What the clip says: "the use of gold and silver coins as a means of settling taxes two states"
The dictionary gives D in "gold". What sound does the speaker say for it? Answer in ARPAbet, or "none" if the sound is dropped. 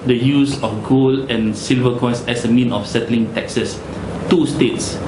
none